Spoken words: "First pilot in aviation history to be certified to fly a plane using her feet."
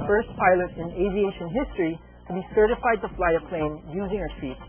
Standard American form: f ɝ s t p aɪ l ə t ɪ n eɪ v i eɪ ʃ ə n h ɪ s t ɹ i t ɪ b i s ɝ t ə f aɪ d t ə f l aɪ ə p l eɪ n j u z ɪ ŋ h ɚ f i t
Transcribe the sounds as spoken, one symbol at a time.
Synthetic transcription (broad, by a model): f ɝ s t p aɪ l ə t ɪ n eɪ v i eɪ ʃ ə n h ɪ s t ɹ i t ɪ b i s ɝ t ə f aɪ d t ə f l aɪ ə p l eɪ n j u z ɪ ŋ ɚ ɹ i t